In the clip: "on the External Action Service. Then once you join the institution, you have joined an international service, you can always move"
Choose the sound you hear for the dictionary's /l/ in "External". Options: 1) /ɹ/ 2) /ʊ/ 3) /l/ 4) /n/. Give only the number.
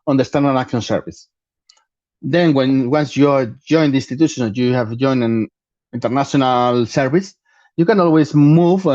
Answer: 4